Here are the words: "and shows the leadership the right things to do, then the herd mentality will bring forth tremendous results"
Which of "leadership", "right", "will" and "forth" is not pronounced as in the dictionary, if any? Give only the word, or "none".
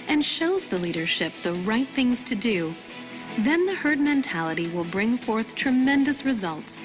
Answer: none